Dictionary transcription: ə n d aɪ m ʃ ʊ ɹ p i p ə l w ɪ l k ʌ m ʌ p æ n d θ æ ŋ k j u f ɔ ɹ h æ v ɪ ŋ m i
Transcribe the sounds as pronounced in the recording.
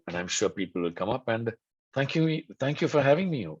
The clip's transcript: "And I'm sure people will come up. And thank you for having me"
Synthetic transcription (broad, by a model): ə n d aɪ m ʃ ʊ ɹ p i p ə l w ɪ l k ʌ m ʌ p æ n d t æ ŋ k j u f ɔ ɹ h æ v ɪ ŋ m i